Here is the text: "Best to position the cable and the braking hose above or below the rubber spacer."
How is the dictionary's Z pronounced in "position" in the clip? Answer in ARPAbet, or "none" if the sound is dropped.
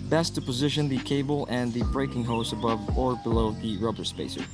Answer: Z